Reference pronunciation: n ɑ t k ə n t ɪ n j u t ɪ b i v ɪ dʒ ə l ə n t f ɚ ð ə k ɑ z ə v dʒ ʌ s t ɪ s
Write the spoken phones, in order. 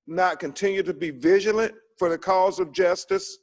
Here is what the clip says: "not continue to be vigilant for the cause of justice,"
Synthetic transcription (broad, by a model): n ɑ t k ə n t ɪ n j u t ɪ b i v ɪ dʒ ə l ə n t f ɚ ð ə k ɑ z ə v dʒ ʌ s t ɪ s